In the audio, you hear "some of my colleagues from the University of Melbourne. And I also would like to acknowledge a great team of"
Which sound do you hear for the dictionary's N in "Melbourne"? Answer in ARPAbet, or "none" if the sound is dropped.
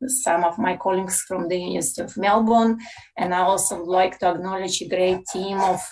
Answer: N